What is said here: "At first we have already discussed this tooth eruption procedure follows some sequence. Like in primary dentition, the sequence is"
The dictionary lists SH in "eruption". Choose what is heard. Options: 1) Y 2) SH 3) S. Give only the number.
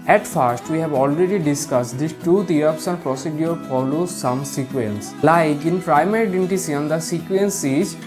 3